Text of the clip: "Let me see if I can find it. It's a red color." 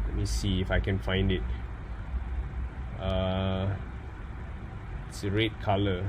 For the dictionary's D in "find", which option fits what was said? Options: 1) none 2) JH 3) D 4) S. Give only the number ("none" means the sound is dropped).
3